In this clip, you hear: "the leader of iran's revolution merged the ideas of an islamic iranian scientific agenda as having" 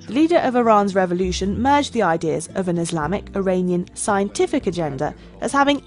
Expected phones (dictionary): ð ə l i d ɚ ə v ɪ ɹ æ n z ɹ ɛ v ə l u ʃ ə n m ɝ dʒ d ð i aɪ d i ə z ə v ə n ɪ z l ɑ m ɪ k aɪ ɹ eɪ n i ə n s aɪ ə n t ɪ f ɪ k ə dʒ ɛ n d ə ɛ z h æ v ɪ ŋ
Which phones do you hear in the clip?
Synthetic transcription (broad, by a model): ð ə l i d ɚ ə v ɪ ɹ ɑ n z ɹ ɛ v ə l u ʃ ə n m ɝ dʒ ð i aɪ d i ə z ə v ə n ɪ z l ɑ m ɪ k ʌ ɹ eɪ n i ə n s aɪ ə n t ɪ f ɪ k ə dʒ ɛ n d ə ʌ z h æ v ɪ ŋ